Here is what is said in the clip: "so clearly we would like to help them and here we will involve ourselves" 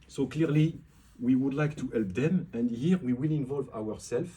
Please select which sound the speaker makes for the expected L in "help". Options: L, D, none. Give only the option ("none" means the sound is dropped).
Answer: L